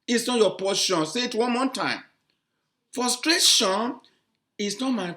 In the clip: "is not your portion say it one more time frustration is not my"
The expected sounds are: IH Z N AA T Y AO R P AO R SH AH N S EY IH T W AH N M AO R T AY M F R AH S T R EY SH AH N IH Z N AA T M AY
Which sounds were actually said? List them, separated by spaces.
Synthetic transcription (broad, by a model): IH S N AA T Y AO P AO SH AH N S EY IH T W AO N M AO T AY M F R AH S T R EY SH AH N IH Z N AA T M AY